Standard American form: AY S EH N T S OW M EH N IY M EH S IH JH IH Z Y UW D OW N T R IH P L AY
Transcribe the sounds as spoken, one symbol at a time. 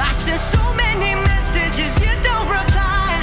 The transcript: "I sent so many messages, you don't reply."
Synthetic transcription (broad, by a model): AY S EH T S OW M EH N IY M EH S IH JH IH Z Y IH D OW N T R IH P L AY